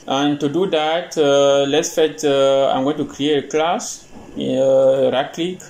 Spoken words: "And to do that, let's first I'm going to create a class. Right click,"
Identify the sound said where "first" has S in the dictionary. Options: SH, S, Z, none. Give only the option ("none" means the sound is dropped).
none